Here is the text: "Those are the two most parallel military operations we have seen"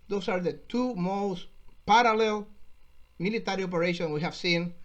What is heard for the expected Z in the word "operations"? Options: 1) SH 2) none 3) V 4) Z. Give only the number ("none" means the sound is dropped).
2